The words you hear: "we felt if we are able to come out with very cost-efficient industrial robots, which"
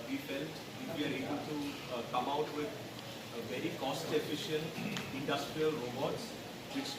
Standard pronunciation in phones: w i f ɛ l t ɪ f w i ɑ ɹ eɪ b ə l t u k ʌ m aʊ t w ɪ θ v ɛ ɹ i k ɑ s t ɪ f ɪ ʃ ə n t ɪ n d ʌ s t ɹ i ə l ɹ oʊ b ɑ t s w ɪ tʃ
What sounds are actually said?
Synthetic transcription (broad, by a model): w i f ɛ l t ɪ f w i ɑ ɹ eɪ b ə l t u k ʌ m aʊ t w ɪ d v ɛ ɹ i k ɑ s t ɪ f ɪ ʃ ə n t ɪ n d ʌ s t ɹ i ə l ɹ oʊ b ɑ t s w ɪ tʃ